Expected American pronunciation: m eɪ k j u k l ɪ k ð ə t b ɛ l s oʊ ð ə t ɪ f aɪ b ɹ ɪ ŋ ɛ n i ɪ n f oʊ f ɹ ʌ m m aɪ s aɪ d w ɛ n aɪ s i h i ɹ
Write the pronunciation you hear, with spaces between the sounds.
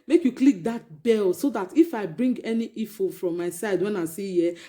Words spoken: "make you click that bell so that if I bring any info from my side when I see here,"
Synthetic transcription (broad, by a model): m eɪ k j u k l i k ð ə t b ɛ l s oʊ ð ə t ɪ f aɪ b ɹ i ŋ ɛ n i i f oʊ f ɹ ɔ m m aɪ s aɪ d w ɛ n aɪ s i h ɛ